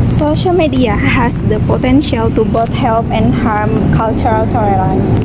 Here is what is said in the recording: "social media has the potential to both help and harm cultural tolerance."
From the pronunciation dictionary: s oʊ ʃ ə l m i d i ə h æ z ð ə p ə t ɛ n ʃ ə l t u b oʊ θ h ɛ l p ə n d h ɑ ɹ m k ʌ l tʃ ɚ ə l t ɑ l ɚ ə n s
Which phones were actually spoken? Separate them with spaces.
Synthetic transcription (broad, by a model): s oʊ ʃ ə l m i d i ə h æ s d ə p ə t ɛ n ʃ ə l t u b oʊ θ h ɛ l p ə n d h ɑ ɹ m k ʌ l tʃ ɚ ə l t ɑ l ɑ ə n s